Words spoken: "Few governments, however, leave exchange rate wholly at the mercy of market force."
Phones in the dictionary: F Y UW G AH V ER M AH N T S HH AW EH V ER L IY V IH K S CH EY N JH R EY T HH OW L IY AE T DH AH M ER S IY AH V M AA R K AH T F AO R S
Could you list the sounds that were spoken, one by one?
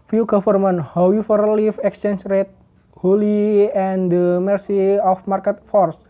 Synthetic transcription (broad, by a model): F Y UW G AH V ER M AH N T HH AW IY F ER L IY F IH K S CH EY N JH R EY T HH OW L IY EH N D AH M ER S IY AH F M AA R K AH T F AO R S